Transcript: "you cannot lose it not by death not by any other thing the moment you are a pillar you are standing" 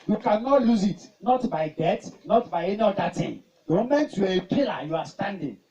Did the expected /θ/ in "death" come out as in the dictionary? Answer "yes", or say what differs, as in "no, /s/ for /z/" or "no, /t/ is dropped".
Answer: no, /t/ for /θ/